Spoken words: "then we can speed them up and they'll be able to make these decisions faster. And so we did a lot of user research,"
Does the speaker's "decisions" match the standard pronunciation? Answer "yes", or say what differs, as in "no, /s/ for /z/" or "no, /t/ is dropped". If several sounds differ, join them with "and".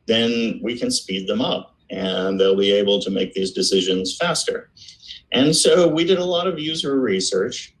yes